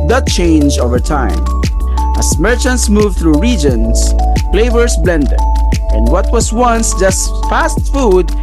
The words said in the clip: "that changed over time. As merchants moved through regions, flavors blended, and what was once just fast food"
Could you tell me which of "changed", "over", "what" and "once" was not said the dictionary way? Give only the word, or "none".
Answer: changed